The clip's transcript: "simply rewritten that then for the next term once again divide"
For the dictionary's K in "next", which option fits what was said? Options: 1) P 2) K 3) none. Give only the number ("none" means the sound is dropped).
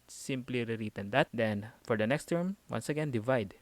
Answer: 2